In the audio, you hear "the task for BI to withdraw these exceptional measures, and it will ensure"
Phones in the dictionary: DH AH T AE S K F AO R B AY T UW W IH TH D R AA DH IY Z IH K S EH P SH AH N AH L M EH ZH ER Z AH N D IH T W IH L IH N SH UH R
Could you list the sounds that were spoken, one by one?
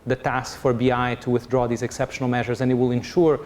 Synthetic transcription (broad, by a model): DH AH T AE S K F AO R B AY T UW W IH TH D R AA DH IY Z IH K S EH P SH AH N AH L M EH ZH ER Z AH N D IH T W IH L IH N SH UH R